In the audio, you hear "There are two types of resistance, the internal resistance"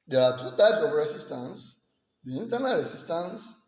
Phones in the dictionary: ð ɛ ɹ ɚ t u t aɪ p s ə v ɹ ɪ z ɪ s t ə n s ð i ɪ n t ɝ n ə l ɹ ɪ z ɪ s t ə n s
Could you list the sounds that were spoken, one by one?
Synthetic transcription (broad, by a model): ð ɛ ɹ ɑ t u t aɪ p s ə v ɹ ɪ s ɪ s t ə n s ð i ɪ n t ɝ n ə l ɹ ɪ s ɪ s t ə n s